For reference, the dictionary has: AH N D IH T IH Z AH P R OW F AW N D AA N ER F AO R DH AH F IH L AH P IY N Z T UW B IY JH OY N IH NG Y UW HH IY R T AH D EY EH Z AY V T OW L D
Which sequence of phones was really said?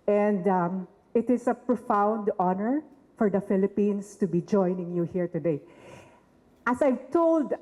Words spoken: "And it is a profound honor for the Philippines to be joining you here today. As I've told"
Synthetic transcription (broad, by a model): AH N D IH T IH S AH P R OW F AW N D AA N ER F AO R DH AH F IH L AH P IY N S T UW B IY JH OY N IH NG Y UW HH IY R T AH D EY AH S AY V T OW L D